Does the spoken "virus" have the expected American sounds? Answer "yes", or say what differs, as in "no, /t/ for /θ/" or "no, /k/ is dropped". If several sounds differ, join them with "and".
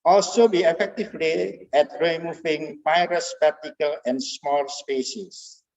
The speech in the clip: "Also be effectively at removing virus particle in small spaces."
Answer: no, /p/ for /v/